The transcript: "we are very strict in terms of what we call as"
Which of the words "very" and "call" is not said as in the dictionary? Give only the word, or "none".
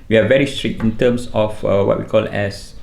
none